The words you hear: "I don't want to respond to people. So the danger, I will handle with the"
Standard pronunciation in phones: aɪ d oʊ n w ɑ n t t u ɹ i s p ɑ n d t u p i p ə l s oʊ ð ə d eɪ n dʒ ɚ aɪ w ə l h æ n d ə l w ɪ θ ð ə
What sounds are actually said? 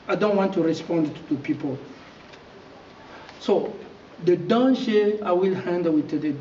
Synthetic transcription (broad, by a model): aɪ d oʊ n w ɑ n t t u ɹ i s p ɑ n d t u p i p ə l s oʊ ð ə d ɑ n ʃ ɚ aɪ w ə l h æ n d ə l w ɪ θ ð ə